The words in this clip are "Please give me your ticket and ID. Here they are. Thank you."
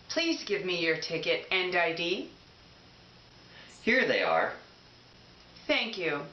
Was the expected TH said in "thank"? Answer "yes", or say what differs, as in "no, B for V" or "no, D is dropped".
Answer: yes